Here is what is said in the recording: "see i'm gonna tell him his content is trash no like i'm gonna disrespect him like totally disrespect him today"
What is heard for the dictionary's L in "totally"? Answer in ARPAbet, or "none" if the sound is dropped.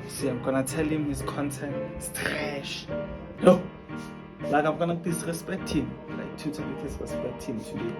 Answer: none